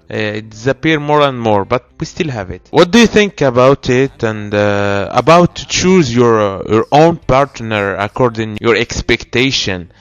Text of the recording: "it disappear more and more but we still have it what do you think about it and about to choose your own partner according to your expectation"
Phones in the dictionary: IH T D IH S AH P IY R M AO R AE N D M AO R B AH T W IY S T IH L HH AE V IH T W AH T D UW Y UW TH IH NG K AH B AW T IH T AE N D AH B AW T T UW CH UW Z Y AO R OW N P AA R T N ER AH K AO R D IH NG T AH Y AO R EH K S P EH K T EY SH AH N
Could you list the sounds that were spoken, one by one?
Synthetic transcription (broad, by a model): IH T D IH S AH P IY R M AO R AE N D M AO R B AH T W IY S T IH L HH AE V IH T W AH T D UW Y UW TH IH NG K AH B AW T IH T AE N D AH B AW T T UW CH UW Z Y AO R OW N P AA R T N ER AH K AO R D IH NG Y AO R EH K S P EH K T EY SH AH N